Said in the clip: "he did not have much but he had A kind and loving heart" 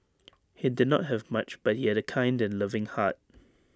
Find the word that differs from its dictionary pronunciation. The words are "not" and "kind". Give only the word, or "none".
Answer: none